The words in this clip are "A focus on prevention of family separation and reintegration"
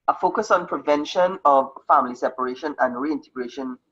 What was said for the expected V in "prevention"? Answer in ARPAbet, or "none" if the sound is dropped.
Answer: V